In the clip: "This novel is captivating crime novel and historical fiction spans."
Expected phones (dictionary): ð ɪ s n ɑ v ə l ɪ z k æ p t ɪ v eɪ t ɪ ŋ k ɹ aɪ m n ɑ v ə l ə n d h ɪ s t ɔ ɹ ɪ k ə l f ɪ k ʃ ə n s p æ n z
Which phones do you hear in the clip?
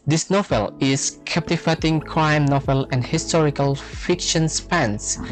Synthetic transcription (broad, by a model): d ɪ s n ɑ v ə l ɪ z k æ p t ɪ f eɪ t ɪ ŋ k ɹ aɪ m n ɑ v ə l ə n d h ɪ s t ɔ ɹ ɪ k ə l f ɪ k ʃ ə n s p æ n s